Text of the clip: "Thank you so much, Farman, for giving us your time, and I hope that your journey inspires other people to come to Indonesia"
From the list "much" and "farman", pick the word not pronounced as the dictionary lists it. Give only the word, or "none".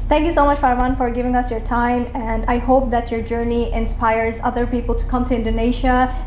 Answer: farman